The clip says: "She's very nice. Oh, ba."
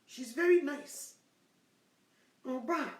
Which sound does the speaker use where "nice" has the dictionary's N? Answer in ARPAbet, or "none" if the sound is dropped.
N